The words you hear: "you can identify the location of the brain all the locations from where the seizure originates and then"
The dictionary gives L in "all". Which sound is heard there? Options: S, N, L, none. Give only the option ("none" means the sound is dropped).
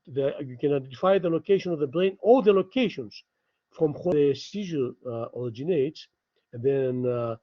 L